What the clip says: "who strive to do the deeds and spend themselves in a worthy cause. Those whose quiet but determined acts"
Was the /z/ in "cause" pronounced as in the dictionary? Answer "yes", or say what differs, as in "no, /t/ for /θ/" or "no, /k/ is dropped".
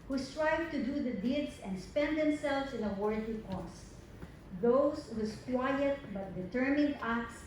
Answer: no, /s/ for /z/